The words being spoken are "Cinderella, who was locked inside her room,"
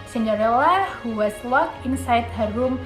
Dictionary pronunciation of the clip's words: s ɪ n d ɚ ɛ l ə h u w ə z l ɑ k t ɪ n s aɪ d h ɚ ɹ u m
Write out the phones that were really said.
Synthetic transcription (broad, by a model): s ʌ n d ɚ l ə h u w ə s l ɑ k ɪ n s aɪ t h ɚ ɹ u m